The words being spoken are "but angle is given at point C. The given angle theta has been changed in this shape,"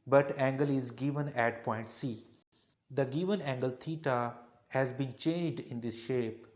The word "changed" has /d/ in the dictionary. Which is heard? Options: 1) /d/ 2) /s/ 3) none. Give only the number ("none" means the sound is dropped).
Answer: 1